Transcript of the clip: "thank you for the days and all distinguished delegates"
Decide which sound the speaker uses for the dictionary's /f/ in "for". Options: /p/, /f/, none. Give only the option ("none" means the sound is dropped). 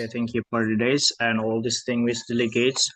/p/